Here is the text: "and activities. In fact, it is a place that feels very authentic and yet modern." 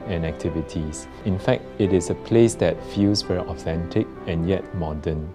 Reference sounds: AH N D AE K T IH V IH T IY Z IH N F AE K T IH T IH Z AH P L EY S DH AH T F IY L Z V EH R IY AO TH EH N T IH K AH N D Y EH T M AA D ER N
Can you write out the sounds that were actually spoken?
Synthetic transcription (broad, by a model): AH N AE K T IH V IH T IY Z IH N F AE K T IH T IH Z AH P L EY S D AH T F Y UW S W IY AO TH EH N T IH K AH N Y EH T M AA D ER N